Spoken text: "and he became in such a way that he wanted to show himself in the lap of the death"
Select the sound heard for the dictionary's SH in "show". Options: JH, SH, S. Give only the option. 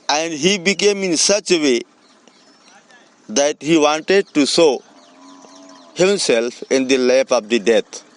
S